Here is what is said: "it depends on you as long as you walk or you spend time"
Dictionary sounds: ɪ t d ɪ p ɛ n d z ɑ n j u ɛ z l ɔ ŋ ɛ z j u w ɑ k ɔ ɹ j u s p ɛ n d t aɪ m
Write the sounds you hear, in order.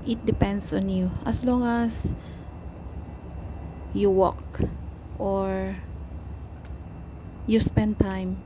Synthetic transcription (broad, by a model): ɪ t d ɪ p ɛ n d s ɑ n j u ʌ s l ɔ ŋ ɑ s j u w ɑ k ɔ ɹ j u s p ɛ n d t aɪ m